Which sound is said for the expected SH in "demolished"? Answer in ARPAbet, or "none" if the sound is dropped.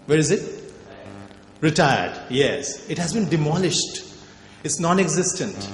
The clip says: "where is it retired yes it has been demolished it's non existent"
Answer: SH